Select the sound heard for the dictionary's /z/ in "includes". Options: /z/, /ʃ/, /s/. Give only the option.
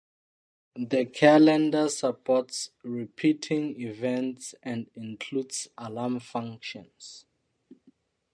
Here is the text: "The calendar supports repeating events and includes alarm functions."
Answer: /s/